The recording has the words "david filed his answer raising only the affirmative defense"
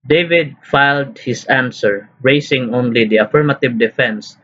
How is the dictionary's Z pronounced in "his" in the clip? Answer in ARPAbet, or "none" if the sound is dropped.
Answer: S